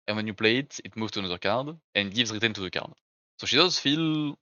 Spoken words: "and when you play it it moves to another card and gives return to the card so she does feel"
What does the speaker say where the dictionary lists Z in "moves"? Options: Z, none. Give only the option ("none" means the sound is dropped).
none